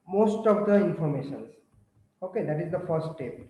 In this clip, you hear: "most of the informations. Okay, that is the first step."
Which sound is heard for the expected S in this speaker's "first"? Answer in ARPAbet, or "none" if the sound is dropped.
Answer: none